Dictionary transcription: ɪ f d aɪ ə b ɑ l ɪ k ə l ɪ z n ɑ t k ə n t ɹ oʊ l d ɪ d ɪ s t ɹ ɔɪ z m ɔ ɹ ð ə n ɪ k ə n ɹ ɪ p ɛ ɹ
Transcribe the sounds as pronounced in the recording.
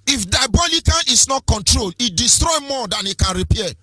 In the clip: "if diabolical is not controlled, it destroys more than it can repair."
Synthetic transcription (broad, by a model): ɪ f d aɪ b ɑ l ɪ k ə n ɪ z n ɑ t k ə n t ɹ oʊ l ɪ d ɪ s t ɹ ɔɪ m ɔ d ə n ɪ k ə n ɹ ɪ p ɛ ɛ